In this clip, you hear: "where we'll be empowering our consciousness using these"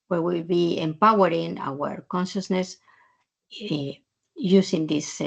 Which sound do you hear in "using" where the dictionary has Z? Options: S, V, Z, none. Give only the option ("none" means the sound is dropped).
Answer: S